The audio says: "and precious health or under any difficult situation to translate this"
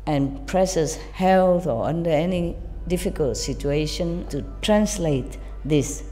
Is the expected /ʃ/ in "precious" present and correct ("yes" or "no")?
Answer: no